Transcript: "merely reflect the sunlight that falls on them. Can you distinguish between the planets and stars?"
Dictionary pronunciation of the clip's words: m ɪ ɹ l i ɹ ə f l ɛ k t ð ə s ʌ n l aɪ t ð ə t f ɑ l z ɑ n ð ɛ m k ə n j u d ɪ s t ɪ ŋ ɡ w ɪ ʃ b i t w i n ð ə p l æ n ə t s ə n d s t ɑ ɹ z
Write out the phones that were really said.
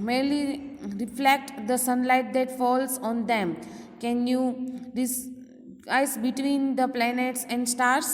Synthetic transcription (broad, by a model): m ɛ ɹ l i ɹ ə f l ɛ k t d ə s ʌ n l aɪ t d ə t f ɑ l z ɑ n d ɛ m k ə n j u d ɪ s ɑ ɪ s b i t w i n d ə p l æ n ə t s ə n d s t ɑ ɹ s